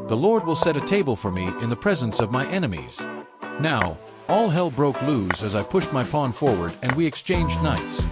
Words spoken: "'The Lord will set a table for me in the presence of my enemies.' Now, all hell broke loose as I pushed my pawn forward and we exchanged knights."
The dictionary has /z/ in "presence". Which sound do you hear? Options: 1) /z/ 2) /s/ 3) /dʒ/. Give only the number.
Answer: 1